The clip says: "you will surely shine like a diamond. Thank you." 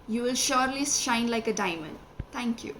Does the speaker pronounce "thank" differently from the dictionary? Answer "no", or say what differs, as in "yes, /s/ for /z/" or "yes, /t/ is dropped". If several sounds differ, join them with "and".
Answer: yes, /t/ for /θ/